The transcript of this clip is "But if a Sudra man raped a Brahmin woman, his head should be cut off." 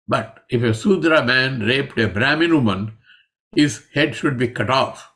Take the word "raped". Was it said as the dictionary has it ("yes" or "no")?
yes